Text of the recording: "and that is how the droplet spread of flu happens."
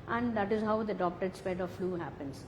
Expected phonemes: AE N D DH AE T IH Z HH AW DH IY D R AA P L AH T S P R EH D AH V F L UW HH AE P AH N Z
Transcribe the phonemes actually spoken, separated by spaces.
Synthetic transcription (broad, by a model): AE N D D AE T IH Z HH AW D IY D AA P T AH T S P EH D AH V F L UW HH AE P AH N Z